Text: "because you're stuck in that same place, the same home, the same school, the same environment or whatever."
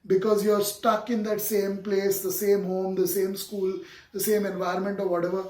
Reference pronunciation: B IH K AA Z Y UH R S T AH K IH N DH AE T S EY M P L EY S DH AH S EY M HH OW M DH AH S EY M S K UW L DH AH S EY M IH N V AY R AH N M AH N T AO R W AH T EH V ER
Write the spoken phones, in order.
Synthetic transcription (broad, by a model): B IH K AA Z Y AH R S T AH K IH N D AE T S EY M P L EY S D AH S EY M HH OW M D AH S EY M S K UW L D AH S EY M IH N V AY R AH N M AH N T AO R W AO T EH V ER